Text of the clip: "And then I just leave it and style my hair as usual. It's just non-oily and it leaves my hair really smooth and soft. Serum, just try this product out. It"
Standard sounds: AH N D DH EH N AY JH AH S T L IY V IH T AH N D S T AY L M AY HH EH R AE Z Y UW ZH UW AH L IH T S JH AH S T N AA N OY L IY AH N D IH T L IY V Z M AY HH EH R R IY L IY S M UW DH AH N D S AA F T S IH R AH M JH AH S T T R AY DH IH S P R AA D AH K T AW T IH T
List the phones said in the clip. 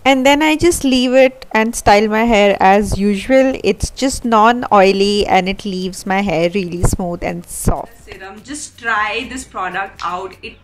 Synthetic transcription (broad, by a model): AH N D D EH N AY JH AH S T L IY V IH T AH N D S T AY L M AY HH EH R AE Z Y UW ZH UW AH L IH T S JH AH S T N AA N OY L IY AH N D IH T L IY V Z M AY HH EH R R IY L IY S M UW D AH N D S AA F T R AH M JH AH S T T R AY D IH S P R AA D AH K T AW T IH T